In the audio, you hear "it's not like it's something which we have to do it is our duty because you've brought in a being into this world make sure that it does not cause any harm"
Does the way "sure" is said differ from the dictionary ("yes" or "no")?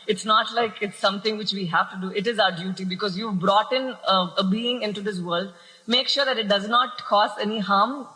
no